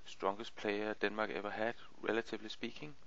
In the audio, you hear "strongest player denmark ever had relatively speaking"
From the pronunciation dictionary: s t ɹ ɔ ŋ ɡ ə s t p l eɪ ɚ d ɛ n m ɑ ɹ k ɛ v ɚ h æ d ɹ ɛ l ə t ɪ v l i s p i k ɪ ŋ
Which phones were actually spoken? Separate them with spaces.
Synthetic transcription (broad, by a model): s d ɹ ɔ ŋ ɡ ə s p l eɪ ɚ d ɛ n m ɑ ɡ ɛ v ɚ h æ d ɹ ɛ l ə s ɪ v l i s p i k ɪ ŋ